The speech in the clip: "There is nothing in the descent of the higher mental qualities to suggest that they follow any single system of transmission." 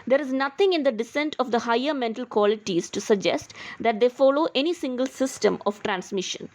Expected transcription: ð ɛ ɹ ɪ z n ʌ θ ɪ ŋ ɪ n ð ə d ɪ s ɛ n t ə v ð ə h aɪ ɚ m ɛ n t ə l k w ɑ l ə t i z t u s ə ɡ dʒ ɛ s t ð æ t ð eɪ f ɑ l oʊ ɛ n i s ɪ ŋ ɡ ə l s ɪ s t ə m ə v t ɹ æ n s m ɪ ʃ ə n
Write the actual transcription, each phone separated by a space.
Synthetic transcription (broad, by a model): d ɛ ɹ ɪ z n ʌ t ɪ ŋ ɪ n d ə d ɪ s ɛ n t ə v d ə h aɪ ɚ m ɛ n t ə l k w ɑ l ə t i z t u s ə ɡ dʒ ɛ s t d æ t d eɪ f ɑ l oʊ ɛ n i s ɪ ŋ ɡ ə l s ɪ s t ə m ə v t ɹ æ n s m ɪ ʃ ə n